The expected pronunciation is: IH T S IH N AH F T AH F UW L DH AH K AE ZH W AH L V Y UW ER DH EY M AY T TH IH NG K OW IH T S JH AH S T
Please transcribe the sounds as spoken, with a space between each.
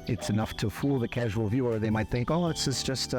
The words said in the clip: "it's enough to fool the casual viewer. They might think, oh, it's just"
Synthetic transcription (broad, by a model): IH T S IH N AH F T AH F UW L DH AH K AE ZH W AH L V Y UW ER DH EY M AY T TH IH NG K OW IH T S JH AH S T